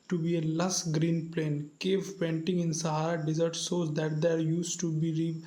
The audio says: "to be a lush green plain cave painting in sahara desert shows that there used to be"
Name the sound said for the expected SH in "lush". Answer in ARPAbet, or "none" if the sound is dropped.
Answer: S